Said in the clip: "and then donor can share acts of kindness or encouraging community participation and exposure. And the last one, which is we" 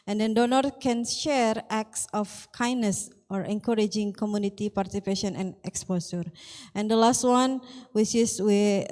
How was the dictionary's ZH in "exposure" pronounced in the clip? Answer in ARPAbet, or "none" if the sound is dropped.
S